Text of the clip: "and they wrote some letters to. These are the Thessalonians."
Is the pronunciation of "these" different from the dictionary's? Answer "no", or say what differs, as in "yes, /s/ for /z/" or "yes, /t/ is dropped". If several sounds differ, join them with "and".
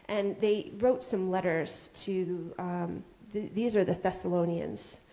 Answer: no